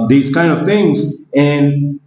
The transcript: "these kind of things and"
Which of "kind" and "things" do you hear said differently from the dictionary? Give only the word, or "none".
none